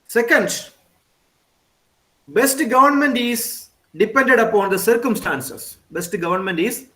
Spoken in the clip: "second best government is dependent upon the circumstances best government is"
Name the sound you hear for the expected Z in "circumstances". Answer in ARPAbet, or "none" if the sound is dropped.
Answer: S